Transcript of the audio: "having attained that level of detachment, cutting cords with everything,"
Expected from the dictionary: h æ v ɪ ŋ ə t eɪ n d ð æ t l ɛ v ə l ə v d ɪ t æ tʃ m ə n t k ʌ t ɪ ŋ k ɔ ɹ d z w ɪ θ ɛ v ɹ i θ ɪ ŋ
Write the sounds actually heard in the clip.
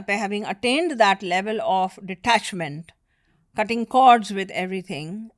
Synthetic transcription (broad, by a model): h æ v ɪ ŋ ə t eɪ n d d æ t l ɛ v ə l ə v d ɪ t æ tʃ m ə n t k ʌ t ɪ ŋ k ɔ ɹ d z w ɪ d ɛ v ɹ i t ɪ ŋ